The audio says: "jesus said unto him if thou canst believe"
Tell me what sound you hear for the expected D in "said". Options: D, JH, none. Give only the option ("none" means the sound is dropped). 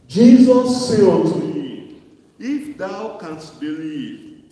none